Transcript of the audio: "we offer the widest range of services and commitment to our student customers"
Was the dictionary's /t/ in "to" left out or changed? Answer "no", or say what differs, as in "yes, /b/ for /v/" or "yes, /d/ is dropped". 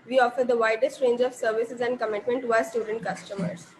no